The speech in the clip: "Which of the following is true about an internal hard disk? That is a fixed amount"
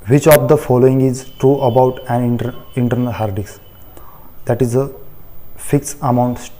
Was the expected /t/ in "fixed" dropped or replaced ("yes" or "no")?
yes